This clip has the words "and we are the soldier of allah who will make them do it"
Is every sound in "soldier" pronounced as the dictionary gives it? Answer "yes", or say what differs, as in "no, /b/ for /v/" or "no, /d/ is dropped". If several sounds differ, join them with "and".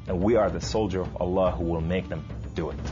yes